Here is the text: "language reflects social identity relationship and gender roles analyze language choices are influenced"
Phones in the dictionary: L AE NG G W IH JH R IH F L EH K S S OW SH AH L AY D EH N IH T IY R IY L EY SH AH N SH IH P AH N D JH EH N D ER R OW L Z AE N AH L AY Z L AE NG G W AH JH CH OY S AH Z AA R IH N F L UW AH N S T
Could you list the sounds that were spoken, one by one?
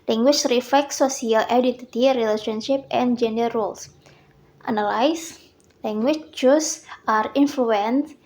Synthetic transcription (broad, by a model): L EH NG G W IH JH R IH F L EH K S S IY AH L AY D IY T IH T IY R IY L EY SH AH N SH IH P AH N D JH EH N D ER R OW L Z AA N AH L AY S L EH NG G W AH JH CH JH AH S AA R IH N F L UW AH N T